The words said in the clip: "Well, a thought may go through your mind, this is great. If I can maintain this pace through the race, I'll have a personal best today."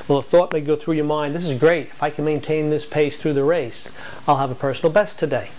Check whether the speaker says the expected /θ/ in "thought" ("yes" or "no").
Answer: yes